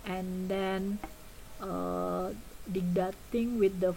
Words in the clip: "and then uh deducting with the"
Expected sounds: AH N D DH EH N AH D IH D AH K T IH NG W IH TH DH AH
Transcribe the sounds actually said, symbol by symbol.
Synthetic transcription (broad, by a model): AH N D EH N AH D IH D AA T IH NG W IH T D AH